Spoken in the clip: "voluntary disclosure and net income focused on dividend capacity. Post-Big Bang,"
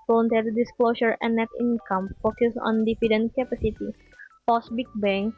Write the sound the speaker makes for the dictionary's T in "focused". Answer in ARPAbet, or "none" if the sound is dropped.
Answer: none